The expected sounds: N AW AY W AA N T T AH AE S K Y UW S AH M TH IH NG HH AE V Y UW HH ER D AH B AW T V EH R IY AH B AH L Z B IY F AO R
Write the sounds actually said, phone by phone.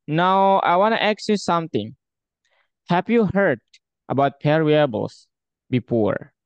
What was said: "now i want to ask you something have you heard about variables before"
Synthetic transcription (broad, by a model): N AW AY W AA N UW T AH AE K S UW S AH M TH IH NG HH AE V Y UW HH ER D AH B AW T P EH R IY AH B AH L S B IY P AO R